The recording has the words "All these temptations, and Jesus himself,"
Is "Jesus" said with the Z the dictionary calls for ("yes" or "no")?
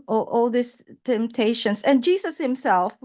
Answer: no